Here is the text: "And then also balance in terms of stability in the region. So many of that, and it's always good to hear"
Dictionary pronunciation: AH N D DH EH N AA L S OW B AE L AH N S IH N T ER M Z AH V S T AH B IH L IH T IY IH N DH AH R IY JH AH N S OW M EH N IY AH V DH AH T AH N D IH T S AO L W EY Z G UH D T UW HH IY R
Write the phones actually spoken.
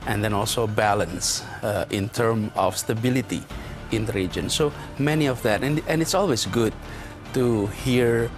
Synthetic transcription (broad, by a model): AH N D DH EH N AA L S OW B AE L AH N S IH N T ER M AH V S T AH B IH L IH T IY IH N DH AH R IY JH AH N S OW M EH N IY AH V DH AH T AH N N IH T S AO L W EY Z G UH D T UW HH IY R